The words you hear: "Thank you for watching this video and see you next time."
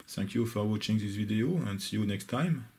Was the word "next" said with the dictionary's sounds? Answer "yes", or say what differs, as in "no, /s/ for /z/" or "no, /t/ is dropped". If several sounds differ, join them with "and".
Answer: yes